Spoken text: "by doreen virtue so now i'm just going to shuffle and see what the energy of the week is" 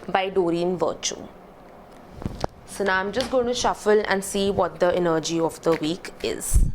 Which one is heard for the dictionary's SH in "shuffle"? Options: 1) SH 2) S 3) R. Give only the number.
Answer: 1